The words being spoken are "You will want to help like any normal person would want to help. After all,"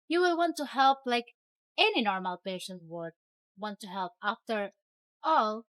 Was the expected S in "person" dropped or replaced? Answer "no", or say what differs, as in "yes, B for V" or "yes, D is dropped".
yes, SH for S